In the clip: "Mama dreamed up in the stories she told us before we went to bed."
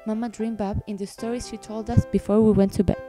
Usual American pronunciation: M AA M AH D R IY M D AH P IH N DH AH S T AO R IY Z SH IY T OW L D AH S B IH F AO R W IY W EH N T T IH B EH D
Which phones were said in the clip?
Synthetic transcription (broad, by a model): M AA M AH D R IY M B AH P IH N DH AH S T AO R IY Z SH IY T OW L D AH S B IH F AO R W IY W EH N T T IH B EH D